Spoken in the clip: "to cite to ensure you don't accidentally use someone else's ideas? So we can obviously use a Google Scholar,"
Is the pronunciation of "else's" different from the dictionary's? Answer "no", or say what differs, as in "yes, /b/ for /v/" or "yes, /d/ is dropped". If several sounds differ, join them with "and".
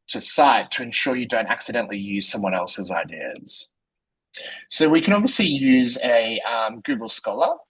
no